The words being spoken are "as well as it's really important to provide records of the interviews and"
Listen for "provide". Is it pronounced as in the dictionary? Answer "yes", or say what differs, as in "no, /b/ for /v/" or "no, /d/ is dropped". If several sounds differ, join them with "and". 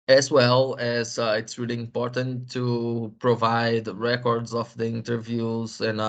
yes